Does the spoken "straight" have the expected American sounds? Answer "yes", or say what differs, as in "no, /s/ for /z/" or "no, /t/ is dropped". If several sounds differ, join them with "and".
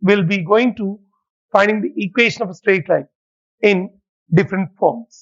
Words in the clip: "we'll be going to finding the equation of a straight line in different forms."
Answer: yes